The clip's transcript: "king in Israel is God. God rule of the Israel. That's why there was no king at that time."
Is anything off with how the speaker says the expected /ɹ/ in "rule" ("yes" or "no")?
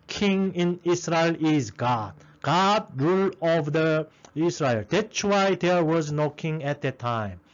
no